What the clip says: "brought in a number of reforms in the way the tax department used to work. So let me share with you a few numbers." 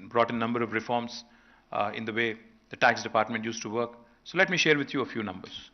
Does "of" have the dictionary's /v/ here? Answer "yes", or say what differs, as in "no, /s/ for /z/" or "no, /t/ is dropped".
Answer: yes